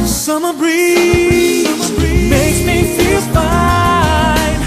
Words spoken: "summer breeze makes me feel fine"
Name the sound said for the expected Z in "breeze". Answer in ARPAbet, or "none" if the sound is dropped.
none